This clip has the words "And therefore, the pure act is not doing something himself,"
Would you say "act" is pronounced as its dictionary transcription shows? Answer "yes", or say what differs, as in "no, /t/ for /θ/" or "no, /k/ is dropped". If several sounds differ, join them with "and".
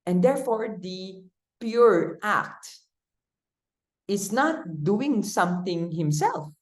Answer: yes